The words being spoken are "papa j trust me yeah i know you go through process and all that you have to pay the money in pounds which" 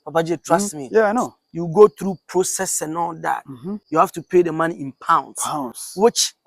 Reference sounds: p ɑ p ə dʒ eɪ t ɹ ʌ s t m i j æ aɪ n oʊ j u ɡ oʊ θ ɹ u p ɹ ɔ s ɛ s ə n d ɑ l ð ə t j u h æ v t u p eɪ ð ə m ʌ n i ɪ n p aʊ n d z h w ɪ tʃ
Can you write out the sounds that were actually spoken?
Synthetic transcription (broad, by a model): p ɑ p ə dʒ eɪ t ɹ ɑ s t m i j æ aɪ n oʊ j u ɡ oʊ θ ɹ u p ɹ ɔ s ɛ s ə n ɑ l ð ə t j u h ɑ f t u p eɪ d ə m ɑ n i ɪ n p aʊ n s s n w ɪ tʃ